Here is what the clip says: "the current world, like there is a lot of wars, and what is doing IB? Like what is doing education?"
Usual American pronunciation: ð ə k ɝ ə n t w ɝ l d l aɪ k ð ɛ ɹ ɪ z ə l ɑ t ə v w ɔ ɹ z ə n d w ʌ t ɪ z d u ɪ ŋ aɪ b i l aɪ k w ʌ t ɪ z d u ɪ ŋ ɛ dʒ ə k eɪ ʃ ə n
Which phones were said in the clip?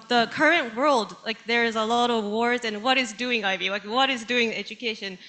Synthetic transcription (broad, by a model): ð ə k ɝ ə n t w ɝ l d l aɪ k ð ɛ ɹ ɪ z ə l ɑ t ə v w ɔ ɹ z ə n w ʌ t ɪ z d u ɪ ŋ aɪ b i l aɪ k w ʌ t ɪ z d u ɪ ŋ ɛ dʒ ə k eɪ ʃ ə n